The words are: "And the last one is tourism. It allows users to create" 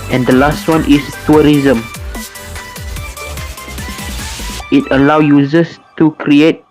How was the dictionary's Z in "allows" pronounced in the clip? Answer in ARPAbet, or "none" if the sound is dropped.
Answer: none